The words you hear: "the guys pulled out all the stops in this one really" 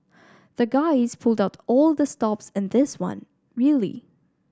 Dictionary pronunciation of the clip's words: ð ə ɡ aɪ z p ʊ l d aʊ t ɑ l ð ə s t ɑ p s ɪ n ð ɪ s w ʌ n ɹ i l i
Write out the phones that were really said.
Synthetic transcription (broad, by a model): ð ə ɡ aɪ z p ʊ l d aʊ t ɑ l ð ə s t ɑ p s ɪ n ð ɪ s w ʌ n ɹ i l i